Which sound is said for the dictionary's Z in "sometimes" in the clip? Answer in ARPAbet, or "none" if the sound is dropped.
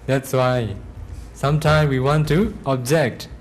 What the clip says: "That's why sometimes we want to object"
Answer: none